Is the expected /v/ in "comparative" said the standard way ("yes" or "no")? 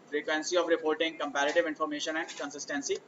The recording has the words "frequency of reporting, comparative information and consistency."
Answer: yes